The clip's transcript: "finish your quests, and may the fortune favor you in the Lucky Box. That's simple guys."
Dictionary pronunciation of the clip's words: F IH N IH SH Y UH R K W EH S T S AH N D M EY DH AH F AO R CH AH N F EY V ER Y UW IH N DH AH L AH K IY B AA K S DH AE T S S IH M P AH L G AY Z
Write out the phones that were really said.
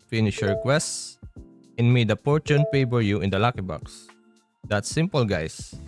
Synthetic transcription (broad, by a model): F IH N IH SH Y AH R K W EH S T S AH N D M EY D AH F AO R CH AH N P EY B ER Y UW IH N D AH L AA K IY B AA K S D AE T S S IH M P AH L G AY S